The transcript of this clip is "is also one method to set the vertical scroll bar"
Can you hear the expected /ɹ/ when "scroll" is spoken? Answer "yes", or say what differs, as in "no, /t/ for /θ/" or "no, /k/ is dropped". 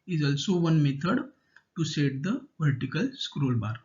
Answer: yes